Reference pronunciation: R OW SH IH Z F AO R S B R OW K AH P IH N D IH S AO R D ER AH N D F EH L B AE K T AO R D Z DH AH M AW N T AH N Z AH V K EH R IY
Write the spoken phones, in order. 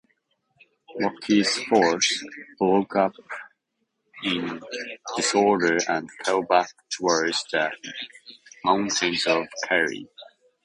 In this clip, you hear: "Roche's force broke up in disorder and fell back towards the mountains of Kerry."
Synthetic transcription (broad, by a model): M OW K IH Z F AO R S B L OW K AH P IH N D IH S AO R D ER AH N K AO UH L B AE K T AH R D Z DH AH M AW N T AH N Z AH V K EH R IY